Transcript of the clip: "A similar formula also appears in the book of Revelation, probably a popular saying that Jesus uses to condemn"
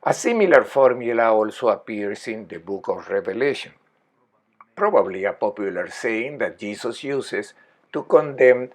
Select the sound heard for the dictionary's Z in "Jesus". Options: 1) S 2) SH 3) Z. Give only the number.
1